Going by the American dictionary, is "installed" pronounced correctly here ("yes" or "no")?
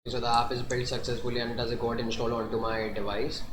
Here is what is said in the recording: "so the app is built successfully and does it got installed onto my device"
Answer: no